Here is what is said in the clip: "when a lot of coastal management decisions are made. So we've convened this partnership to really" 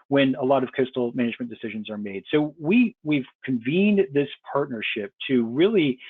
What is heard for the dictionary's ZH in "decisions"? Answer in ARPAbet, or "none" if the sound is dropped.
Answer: ZH